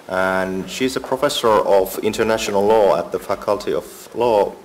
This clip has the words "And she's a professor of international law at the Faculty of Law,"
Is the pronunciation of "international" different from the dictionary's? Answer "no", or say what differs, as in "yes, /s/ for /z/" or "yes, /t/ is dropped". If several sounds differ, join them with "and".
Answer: no